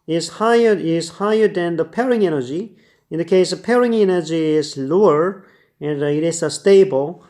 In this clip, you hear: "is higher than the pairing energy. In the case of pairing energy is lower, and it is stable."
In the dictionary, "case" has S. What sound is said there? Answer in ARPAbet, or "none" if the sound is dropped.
none